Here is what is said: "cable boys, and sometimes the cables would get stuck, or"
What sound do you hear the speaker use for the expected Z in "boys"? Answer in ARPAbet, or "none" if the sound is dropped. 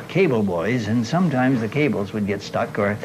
Z